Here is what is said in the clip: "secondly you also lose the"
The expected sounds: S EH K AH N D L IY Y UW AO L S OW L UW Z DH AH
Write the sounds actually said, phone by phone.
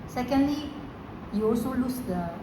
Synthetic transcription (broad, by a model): S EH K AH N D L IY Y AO S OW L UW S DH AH